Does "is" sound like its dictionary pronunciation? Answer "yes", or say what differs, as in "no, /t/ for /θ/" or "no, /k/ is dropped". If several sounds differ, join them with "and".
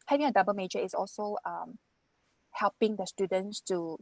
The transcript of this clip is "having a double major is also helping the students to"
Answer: no, /s/ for /z/